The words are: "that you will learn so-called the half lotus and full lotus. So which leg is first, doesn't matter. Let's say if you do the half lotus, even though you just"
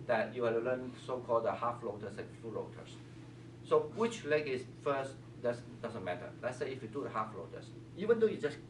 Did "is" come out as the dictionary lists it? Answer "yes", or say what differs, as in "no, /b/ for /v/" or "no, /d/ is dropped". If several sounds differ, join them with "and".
no, /s/ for /z/